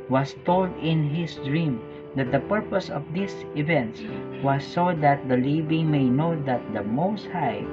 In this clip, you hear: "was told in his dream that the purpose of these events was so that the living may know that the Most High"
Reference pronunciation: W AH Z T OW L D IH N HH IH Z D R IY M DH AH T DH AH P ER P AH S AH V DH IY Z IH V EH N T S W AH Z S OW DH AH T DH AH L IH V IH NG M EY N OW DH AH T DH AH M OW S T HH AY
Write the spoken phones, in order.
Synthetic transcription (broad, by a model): W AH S T OW L D IH N HH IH S D R IY M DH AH T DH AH P ER P AH S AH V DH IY S IH V EH N T S W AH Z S OW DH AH T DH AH L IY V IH NG M EY N OW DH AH T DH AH M OW S T HH AY